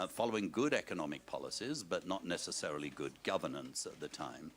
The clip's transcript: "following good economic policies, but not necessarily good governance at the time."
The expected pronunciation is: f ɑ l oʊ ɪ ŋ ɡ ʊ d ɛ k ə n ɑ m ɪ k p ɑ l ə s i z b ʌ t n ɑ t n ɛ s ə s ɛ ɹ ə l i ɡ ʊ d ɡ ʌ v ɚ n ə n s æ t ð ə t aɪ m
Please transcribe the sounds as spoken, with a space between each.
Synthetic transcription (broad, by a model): f ɑ l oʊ ɪ ŋ ɡ ʊ d ɛ k ə n ɑ m ɪ k p ɑ l ə s i z b ʌ t n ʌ t n ɛ s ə s ɛ ɹ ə l i ɡ ʊ d ɡ ʌ v ɚ n ə n s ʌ t ð ə t aɪ m